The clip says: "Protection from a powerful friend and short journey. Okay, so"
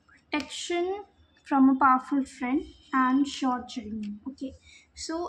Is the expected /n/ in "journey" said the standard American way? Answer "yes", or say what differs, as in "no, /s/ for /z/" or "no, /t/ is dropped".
no, /n/ is dropped